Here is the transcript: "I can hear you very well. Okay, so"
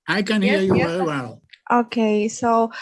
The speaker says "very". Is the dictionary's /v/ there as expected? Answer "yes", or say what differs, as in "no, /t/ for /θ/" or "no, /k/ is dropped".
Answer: no, /w/ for /v/